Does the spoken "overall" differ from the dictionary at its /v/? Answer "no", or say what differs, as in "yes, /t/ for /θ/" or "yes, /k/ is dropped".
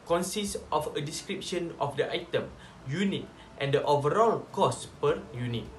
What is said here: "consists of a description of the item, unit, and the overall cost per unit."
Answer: no